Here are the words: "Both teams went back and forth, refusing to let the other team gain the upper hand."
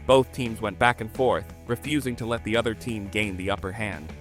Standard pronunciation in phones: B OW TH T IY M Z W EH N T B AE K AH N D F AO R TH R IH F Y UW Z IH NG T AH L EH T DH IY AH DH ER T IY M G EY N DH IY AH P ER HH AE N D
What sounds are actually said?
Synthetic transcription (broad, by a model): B OW TH T IY M Z W EH N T B AE K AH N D F AO R TH R IH F Y UW Z IH NG T AH L EH T DH IY AH DH ER T IY M G EY N DH IY AH P ER HH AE N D